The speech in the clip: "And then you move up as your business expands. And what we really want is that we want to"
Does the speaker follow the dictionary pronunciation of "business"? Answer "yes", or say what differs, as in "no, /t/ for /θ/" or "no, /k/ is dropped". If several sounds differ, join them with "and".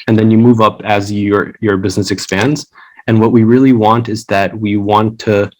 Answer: yes